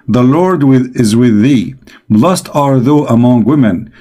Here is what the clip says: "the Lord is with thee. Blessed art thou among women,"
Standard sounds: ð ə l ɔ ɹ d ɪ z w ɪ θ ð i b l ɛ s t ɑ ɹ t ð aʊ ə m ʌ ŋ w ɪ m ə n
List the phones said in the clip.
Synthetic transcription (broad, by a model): ð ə l ɔ ɹ d ɪ z w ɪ ð i b l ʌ s t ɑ ɹ ð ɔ ə m ʌ ŋ w ɪ m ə n